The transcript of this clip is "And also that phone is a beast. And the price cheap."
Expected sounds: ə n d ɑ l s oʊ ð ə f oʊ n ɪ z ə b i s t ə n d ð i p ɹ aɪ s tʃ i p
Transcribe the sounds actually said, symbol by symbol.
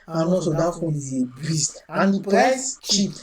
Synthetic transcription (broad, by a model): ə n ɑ s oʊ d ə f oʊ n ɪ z ə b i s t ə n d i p aɪ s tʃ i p